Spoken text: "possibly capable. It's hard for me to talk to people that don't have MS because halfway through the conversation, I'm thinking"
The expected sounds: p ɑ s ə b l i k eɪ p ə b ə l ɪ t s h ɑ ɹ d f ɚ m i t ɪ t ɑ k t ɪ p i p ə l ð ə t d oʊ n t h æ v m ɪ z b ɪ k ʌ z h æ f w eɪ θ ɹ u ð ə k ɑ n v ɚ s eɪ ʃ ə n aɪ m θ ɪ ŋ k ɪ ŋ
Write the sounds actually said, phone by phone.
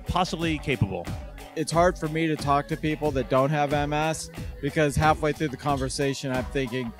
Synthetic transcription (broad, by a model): p ɑ s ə b l i k eɪ p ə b l ɪ t s h ɑ ɹ d f ɚ m i t ɪ t ɑ k t ɪ p i p l ð ə t d oʊ n t h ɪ v m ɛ s b ɪ k ʌ z h æ f w eɪ θ ɹ u ð ə k ɑ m v ɚ s eɪ ʃ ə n aɪ m θ ɪ ŋ k ɪ ŋ